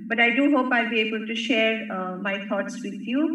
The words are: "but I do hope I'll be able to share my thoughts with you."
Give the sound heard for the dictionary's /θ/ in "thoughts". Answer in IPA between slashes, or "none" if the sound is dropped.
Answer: /t/